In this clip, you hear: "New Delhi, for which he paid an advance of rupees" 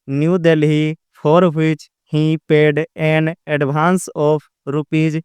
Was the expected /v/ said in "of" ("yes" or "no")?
no